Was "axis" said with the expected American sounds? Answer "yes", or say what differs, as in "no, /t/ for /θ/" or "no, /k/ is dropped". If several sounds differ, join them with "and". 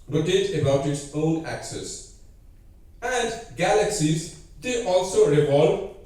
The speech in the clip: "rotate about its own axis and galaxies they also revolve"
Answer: yes